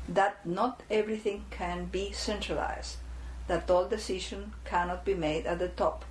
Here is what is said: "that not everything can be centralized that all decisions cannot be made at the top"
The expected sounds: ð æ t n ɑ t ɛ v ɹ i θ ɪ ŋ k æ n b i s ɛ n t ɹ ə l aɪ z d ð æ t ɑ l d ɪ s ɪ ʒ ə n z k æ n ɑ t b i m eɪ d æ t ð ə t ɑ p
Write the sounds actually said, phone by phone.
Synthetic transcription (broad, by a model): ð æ t n ɑ t ɛ v ɹ i θ ɪ ŋ k æ n b i s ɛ n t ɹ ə l aɪ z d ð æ t ɑ l d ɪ s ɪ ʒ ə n k æ n ɑ t b i m eɪ d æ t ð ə t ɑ p